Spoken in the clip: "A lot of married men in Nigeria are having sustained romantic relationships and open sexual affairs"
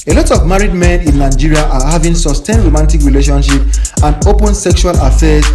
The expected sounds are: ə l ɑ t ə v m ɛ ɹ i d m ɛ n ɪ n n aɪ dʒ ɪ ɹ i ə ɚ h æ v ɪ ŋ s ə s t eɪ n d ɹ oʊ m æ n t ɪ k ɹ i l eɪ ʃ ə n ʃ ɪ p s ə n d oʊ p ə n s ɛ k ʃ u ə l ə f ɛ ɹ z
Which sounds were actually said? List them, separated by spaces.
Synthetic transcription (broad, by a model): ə l ɑ t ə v m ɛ ɹ i d m ɛ n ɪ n n aɪ dʒ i ɹ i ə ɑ h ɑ v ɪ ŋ s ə s t eɪ n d ɹ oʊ m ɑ n t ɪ k ɹ i l eɪ ʃ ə n ʃ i p ə n d oʊ p ə n s ɛ k ʃ u ə l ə f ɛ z